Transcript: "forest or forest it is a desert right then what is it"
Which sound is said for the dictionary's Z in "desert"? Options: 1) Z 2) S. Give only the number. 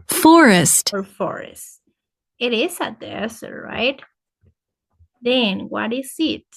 2